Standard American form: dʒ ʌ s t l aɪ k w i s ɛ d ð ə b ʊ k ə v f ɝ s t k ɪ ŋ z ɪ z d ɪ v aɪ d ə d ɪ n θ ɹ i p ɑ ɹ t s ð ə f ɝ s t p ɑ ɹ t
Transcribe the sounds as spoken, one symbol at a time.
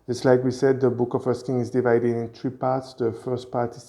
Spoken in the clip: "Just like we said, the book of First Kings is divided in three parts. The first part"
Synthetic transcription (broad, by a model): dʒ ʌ s t l aɪ k w i s ɛ d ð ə b ʊ k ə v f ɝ s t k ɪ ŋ ɪ z d ɪ v aɪ d ə d ɪ n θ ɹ i p ɑ ɹ t s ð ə f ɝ s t p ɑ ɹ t